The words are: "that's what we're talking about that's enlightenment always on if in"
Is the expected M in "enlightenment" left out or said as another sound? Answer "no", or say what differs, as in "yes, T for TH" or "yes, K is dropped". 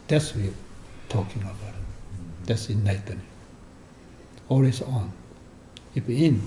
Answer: yes, M is dropped